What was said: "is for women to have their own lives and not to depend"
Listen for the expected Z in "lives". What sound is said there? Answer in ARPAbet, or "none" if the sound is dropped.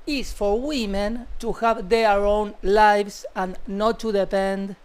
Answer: S